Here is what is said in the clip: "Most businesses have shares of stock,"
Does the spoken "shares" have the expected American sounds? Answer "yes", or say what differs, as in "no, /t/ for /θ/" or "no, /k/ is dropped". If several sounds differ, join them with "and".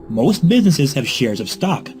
yes